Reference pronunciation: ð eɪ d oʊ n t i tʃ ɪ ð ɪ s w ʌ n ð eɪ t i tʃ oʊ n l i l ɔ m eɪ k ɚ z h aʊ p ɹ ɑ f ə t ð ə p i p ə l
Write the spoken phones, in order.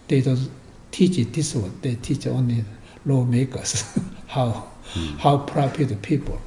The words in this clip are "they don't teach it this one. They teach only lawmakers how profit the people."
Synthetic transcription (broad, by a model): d eɪ d oʊ n t i tʃ ɪ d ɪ s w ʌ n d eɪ t i tʃ oʊ n l i l ɔ m eɪ k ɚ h h aʊ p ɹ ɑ p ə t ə p i p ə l